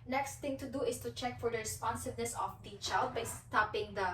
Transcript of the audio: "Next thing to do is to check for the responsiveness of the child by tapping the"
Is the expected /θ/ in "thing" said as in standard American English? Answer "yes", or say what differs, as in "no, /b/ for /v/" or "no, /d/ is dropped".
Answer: no, /t/ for /θ/